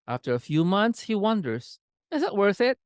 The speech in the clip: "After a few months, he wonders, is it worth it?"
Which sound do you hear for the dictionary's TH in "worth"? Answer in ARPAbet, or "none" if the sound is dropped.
TH